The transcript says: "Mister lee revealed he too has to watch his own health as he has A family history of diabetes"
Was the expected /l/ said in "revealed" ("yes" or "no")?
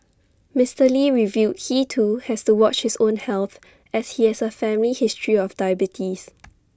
no